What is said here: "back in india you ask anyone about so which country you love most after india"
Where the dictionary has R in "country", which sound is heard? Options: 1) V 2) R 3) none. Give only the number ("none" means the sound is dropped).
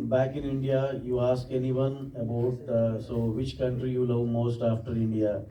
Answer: 2